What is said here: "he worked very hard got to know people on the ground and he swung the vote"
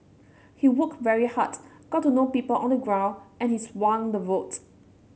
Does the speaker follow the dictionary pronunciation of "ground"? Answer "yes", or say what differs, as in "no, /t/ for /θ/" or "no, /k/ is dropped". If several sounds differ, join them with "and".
no, /d/ is dropped